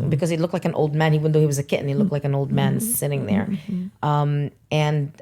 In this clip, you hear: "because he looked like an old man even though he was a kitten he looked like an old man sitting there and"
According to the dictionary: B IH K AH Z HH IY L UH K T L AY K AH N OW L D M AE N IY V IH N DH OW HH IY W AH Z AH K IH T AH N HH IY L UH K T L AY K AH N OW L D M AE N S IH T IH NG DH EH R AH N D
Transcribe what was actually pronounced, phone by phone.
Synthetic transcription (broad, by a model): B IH K AH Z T L UH K T L AY K AH N OW L D M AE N IY IH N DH OW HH IY W AH Z AH K IH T N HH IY L UH K T L AY K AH N OW L D M AE N S IH T IH NG DH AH R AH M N